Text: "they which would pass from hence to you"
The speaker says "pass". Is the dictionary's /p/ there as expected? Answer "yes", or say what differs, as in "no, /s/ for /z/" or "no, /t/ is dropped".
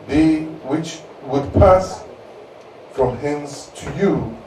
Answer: yes